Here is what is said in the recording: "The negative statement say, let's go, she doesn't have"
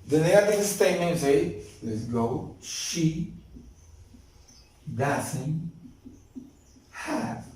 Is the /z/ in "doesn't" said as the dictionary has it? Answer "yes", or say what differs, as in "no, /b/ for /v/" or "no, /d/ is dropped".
no, /s/ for /z/